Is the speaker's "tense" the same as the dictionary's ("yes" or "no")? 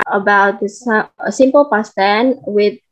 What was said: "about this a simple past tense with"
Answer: no